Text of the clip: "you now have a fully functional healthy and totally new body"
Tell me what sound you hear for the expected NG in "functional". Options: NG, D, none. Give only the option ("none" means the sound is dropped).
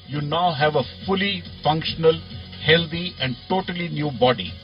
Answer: NG